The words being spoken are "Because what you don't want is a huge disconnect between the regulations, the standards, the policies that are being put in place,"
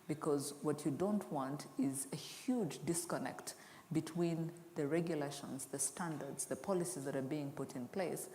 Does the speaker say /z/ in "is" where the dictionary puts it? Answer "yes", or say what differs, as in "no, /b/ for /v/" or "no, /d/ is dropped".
yes